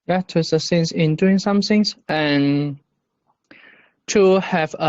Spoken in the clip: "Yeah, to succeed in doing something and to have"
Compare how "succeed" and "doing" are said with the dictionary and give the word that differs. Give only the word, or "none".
succeed